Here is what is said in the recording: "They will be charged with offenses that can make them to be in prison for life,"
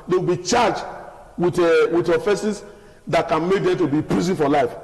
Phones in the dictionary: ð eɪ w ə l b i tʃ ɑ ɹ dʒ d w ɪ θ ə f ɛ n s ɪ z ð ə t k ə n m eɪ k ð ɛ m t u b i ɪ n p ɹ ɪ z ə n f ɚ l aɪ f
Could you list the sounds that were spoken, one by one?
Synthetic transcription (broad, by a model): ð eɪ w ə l b i tʃ ɑ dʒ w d w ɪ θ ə f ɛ s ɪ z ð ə t k ə n m eɪ k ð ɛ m t u b i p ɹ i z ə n f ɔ l aɪ f